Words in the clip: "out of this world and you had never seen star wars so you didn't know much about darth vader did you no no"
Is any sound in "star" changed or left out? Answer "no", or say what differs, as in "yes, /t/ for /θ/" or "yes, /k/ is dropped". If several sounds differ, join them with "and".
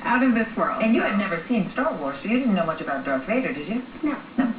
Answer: yes, /l/ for /ɹ/